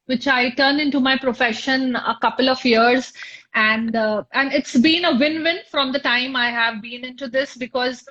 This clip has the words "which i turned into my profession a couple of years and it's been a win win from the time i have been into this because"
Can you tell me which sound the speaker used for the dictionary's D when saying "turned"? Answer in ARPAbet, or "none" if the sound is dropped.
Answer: none